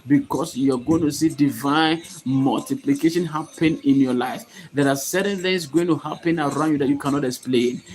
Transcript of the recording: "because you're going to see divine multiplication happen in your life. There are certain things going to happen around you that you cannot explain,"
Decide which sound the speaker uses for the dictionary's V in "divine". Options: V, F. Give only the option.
V